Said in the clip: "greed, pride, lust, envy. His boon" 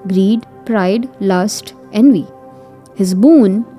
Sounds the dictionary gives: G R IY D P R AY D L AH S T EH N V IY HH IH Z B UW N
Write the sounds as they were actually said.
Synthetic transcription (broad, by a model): G R IY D P R AY D L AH S T EH N V IY HH IH Z B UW N